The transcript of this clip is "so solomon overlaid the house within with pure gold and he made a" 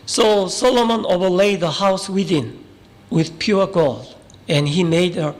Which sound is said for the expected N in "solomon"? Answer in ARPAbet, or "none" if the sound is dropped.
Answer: N